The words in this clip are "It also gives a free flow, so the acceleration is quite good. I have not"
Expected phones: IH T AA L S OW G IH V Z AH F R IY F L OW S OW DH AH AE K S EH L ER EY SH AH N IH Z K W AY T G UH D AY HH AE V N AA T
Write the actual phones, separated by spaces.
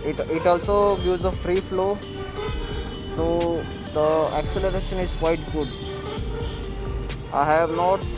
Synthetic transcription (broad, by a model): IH T AA L S OW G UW Z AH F R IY F L OW S OW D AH AE K S EH L ER EY SH AH N IH Z K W AY T G UH D AY HH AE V N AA T